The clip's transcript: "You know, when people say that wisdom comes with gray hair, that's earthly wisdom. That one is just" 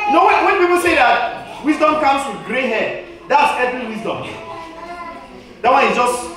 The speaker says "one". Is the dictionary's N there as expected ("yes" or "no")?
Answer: no